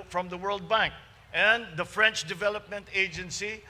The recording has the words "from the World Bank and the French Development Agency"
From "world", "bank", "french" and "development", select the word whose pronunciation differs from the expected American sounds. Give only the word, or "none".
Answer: none